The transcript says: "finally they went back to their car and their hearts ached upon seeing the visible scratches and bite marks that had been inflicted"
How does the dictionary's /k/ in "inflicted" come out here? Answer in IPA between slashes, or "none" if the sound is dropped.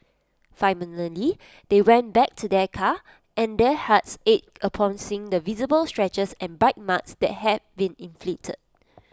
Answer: none